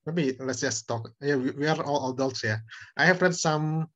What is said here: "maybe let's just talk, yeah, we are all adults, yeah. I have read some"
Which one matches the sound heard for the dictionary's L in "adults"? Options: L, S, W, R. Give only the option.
L